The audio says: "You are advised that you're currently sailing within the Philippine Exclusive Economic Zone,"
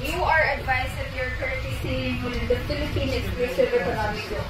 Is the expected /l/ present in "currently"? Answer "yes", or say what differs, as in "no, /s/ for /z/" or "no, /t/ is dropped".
no, /l/ is dropped